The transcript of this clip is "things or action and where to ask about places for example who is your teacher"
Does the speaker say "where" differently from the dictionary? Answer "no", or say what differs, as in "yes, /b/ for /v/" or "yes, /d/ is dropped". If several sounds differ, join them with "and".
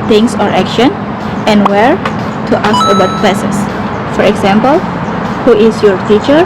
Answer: no